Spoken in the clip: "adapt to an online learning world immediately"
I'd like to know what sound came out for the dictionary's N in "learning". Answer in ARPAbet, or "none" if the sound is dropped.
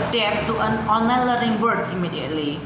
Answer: none